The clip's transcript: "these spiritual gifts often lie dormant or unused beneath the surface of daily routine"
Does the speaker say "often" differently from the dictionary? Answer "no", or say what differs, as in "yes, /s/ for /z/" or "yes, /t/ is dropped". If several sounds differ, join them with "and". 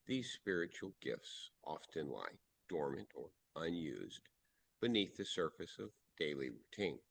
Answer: no